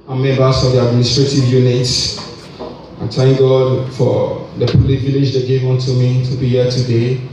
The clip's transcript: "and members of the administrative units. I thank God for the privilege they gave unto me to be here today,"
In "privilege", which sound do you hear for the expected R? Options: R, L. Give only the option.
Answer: L